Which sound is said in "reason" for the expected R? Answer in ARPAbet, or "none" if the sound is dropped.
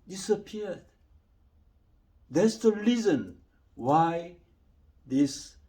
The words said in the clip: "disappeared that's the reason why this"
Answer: L